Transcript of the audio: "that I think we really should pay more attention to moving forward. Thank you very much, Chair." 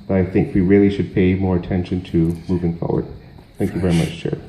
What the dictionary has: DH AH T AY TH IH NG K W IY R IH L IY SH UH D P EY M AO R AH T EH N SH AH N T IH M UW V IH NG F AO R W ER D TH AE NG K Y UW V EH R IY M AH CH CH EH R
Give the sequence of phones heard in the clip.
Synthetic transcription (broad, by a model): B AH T AY TH IH NG K W IY R IH L IY SH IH D P EY M AO R AH T EH N SH AH N T IH M UW V IH NG F AO R W ER D TH AE NG K Y UW V EH R IY M AH CH CH EH R